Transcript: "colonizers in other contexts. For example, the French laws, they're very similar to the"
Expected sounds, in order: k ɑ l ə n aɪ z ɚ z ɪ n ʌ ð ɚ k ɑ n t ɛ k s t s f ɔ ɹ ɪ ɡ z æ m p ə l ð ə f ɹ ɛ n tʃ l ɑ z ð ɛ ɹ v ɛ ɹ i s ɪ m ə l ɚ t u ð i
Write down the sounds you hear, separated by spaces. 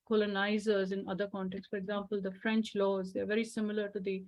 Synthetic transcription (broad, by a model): k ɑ l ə n aɪ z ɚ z ɪ n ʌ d ɚ k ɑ n t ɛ k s s f ɔ ɹ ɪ ɡ z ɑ m p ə l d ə f ɹ ɛ n tʃ l ɑ z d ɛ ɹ v ɛ ɹ i s ɪ m ə l ɚ t u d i